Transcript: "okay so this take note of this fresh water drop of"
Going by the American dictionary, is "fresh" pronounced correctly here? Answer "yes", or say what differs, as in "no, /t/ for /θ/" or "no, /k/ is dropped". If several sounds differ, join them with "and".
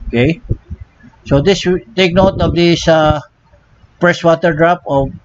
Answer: no, /p/ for /f/ and /s/ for /ʃ/